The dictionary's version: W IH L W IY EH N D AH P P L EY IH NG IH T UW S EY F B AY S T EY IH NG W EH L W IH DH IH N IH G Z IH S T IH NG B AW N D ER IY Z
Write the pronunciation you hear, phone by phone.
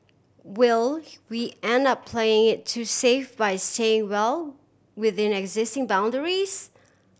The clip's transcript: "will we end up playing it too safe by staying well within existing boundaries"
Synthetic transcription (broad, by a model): W IH L W IY EH N D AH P P L EY IH NG IH T UW S EY F B AY S T EY IH NG W EH L W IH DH IH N IH G Z IH S T IH NG B AW N D ER IY Z